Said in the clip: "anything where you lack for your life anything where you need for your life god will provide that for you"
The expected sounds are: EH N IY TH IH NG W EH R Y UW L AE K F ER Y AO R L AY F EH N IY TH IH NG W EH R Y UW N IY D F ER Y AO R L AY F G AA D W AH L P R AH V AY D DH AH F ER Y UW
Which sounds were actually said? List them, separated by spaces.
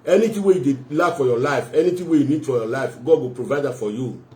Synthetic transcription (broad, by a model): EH N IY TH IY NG W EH Y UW L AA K F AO Y AO L AY F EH N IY T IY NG W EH Y UW N IY D F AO Y AO L AY F G AA D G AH P R AH V AY D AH F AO Y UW